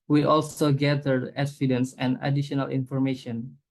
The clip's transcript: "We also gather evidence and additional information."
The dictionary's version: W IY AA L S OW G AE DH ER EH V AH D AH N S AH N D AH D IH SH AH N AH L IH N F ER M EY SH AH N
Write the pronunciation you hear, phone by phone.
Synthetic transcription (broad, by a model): W IY AA L S OW G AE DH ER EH F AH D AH N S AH N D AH D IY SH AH N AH L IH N F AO M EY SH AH N